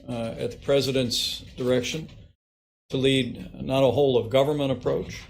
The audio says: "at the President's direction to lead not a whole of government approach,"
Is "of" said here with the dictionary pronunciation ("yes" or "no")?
yes